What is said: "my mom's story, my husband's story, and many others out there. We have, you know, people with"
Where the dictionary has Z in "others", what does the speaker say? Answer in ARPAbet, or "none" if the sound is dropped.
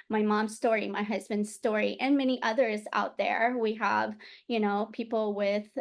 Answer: Z